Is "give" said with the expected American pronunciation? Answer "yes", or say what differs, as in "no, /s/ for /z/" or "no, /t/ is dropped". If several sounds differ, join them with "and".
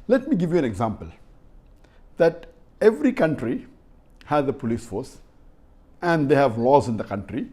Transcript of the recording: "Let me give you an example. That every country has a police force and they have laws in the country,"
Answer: yes